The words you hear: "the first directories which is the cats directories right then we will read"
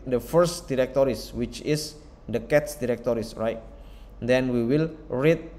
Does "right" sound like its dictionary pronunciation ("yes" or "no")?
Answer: yes